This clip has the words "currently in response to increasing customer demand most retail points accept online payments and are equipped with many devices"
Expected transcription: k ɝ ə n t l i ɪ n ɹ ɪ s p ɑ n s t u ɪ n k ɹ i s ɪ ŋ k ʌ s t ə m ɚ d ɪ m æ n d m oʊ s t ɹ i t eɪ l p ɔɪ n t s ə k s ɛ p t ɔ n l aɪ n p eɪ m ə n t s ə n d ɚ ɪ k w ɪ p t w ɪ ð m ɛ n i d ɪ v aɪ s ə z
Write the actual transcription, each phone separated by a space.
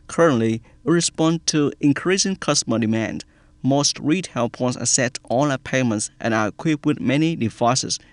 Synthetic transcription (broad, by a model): k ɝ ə n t l i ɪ ɹ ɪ s p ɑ n t u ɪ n k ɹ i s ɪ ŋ k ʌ s t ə m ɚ d ɪ m æ n d m oʊ s t ɹ i t eɪ l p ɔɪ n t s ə s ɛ t ɔ l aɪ p eɪ m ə n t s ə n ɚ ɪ k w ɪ p w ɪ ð m ɛ n i d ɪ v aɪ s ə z